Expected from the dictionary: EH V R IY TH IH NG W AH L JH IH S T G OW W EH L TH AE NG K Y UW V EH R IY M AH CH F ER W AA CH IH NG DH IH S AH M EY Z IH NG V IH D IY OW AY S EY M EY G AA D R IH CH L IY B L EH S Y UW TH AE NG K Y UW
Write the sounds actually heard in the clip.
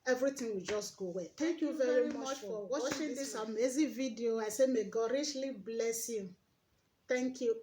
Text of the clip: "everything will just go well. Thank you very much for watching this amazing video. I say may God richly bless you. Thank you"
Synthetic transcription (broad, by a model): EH V R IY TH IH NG W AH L JH IH S T G OW W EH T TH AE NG K Y UW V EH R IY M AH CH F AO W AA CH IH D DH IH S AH M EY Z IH V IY D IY OW AY S EY M EY G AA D R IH SH L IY B L EH S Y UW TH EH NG K Y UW